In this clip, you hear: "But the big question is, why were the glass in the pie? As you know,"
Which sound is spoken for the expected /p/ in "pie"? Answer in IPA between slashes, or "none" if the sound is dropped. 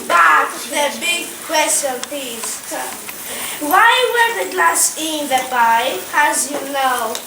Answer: /b/